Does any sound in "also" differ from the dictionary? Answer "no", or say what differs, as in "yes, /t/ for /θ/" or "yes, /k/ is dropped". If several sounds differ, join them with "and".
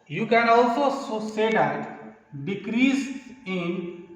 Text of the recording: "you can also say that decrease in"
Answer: no